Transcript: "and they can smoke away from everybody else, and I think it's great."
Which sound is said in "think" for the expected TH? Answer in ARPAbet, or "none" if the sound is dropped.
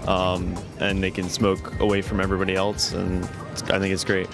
TH